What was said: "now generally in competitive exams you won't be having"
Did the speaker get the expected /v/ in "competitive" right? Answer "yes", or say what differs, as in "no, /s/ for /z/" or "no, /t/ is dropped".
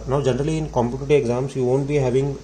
no, /v/ is dropped